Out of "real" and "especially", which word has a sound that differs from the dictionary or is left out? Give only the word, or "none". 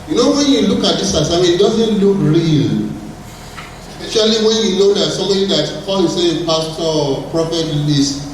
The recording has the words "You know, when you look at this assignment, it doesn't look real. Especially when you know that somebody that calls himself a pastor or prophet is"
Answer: especially